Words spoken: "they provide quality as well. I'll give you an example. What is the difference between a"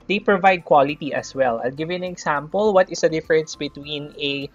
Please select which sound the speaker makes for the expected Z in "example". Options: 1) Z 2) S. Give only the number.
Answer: 2